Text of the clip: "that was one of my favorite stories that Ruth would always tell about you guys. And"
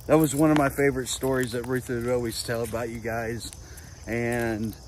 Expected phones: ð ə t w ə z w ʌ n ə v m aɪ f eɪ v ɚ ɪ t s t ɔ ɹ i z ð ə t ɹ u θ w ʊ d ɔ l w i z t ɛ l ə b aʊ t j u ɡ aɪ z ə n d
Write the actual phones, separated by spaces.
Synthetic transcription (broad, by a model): ð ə t w ə z w ʌ n ə v m aɪ f eɪ v ɚ ɪ t s t ɔ ɹ i z ð ə t ɹ u θ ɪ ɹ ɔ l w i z t ɛ l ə b aʊ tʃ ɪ ɡ aɪ z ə n